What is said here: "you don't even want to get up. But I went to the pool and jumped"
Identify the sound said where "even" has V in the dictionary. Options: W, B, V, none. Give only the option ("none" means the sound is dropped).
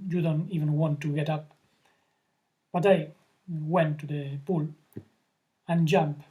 V